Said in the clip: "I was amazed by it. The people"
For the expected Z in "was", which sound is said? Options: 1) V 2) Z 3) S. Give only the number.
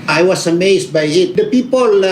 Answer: 3